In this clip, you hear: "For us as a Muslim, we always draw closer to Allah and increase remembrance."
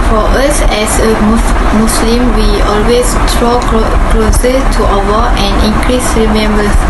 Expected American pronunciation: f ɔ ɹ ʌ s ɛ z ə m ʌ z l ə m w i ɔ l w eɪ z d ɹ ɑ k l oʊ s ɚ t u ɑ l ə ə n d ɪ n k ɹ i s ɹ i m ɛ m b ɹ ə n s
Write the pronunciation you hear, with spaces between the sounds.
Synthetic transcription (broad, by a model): f ɔ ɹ ʌ s ɛ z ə m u s l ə m w i ɔ l w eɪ s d ɹ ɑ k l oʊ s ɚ t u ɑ w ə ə n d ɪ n k ɹ i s ɹ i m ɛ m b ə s